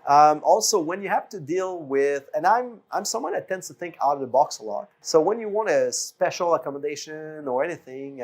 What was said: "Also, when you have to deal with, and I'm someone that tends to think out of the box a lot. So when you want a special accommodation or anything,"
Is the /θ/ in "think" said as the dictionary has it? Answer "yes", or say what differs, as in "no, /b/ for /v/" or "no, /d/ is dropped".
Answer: yes